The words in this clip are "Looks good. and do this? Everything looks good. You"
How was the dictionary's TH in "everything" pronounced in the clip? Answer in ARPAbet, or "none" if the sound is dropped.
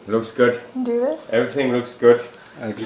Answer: T